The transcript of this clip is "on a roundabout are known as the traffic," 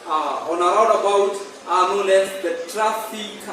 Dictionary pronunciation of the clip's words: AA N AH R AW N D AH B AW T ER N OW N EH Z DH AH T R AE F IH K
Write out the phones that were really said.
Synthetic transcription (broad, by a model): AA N AH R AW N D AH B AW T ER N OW L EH S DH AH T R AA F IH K